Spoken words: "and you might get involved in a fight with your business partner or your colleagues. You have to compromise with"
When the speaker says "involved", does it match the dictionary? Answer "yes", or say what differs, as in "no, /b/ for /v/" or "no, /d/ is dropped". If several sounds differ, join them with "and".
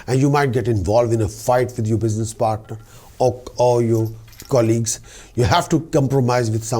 yes